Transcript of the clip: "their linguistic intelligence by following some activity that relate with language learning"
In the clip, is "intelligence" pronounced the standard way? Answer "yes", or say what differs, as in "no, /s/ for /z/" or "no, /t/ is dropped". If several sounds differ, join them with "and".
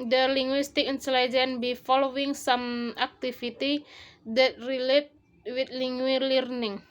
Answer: no, /s/ is dropped